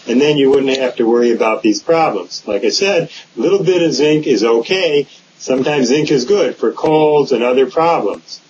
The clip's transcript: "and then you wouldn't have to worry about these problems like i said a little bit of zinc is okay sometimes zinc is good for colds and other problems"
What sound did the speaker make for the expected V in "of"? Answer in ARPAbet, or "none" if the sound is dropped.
V